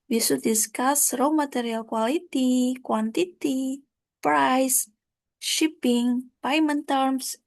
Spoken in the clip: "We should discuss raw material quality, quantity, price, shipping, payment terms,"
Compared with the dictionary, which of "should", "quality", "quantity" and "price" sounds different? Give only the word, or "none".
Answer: should